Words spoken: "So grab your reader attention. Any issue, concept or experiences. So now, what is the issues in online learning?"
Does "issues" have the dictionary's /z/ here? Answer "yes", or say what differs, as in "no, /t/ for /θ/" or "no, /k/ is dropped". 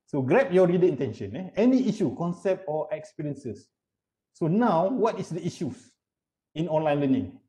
no, /s/ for /z/